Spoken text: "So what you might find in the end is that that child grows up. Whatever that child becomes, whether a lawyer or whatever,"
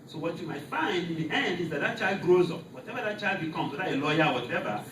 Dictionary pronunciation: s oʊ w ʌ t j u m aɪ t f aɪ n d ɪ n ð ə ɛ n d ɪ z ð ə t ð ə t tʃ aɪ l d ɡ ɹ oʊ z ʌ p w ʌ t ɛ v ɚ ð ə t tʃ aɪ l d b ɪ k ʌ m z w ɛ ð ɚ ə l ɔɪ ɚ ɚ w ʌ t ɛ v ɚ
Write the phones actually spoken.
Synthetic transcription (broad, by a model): s oʊ w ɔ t j u m aɪ t f aɪ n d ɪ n ɛ n d ɪ z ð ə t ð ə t tʃ aɪ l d ɡ ɹ oʊ z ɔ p w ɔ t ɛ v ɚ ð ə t tʃ aɪ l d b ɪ k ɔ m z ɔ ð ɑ ə l ɔɪ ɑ w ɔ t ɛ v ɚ